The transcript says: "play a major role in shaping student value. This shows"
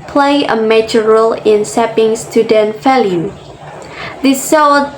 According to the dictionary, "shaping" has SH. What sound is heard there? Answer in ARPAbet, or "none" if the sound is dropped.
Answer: S